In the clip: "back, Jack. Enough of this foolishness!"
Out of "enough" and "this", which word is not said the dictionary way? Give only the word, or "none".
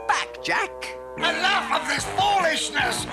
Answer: enough